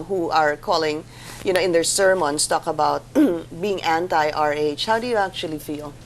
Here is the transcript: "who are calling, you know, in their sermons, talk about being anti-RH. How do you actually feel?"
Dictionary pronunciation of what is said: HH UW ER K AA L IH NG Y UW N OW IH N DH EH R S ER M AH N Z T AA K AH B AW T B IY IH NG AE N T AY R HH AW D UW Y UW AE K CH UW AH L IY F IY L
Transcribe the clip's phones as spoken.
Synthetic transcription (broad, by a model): HH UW ER K AA L IH NG Y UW N OW IH N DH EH R S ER M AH N S T AA K AH B AW T B IY IH NG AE N T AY R HH AW D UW Y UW AE K CH UW AH L IY F IY L